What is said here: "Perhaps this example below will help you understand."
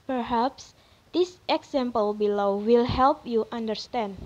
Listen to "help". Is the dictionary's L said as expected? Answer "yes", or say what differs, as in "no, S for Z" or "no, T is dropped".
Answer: yes